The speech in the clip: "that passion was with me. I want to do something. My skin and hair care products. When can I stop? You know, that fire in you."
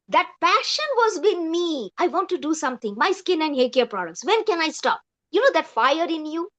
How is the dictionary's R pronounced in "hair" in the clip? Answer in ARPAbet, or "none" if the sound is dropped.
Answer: L